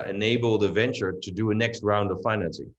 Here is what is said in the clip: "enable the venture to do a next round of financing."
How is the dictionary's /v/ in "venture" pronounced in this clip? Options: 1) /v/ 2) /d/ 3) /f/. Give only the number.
1